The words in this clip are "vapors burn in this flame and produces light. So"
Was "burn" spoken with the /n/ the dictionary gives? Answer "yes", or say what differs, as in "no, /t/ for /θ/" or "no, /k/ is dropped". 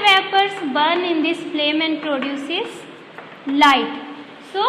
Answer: yes